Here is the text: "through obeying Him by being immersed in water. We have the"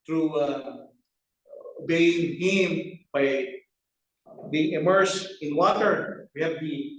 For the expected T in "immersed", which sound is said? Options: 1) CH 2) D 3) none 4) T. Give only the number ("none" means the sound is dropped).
3